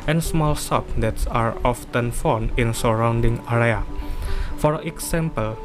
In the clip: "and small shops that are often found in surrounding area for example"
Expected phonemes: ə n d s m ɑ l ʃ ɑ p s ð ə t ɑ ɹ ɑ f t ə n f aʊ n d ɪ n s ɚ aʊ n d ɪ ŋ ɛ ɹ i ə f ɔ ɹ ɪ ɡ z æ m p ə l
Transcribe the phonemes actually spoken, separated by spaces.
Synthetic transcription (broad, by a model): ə n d s m ɑ l s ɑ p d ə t ɑ ɹ ɑ f t ə n f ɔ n ɪ n s ɚ aʊ n d ɪ ŋ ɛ ɹ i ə f ɔ ɹ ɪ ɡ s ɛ m p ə l